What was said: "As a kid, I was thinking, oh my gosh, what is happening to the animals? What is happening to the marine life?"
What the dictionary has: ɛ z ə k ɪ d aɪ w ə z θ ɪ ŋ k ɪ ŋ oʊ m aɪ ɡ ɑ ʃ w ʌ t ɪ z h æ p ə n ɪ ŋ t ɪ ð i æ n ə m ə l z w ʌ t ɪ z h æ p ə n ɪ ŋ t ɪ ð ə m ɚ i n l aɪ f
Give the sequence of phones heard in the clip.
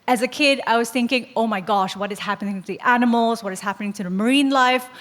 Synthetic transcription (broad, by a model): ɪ z ə k ɪ d aɪ w ə z θ ɪ ŋ k ɪ ŋ oʊ m aɪ ɡ ɑ ʃ w ʌ t ɪ z h æ p ə n ɪ ŋ t ɪ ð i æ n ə m l z w ʌ t ɪ z h æ p ə n ɪ ŋ t ɪ ð ə m ɚ i n l aɪ f